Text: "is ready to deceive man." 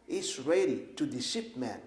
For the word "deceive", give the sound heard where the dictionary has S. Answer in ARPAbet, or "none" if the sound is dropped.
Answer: SH